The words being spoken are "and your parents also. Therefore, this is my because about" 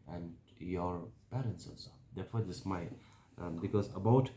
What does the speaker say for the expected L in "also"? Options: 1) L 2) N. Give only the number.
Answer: 2